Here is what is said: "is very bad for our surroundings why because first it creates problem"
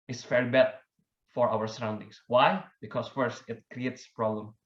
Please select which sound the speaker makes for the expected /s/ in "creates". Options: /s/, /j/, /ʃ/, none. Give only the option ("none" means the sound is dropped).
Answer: /s/